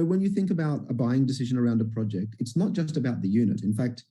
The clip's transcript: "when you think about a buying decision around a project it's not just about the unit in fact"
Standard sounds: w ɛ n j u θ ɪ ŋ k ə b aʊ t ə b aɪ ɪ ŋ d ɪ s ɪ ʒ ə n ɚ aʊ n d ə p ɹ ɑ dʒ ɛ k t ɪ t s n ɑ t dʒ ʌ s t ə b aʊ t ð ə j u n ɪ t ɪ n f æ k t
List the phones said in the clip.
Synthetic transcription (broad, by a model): w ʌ n j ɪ θ ɪ ŋ k ə b aʊ t ə b aɪ ɪ ŋ d ɪ s ɪ ʒ ə n ɚ aʊ n d ə p ɹ ɑ dʒ ɛ k t ɪ t s n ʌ t dʒ ʌ s t ə b aʊ t ð ə j u n ɪ t ɪ n f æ k t